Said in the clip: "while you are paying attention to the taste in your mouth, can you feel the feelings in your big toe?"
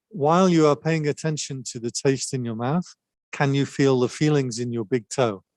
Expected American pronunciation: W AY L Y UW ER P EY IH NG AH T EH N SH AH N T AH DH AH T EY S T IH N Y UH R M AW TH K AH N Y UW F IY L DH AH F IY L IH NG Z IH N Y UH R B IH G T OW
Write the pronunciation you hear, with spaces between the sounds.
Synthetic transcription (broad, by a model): W AY L Y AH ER P EY IH NG AH T EH N SH AH N T AH DH AH T EY S T IH N Y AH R M AW TH K AH N Y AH F IY L DH AH F IY L IH NG Z IH N Y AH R B IH G T OW